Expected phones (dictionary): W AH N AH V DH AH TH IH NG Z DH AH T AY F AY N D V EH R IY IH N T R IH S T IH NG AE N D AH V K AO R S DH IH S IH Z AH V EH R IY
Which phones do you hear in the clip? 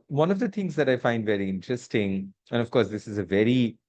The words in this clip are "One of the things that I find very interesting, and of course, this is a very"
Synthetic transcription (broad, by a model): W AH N AH V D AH T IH NG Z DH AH T AY F AY N D V EH R IY IH N T R IH S T IH NG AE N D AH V K AO R S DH IH S IH Z AH V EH R IY